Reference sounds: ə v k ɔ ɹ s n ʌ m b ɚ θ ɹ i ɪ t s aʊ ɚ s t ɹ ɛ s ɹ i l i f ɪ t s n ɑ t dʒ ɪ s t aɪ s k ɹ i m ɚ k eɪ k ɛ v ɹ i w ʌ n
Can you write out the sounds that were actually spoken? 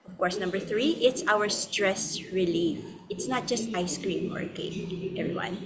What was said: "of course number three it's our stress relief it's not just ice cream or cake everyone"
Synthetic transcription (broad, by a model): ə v k ɔ ɹ s n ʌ m b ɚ θ ɹ i ɪ t s aʊ ɚ s t ɹ ɛ s ɹ i l i f ɪ t s n ɑ t dʒ ɪ s t aɪ s k ɹ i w ɚ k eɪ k ɛ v ɹ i w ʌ n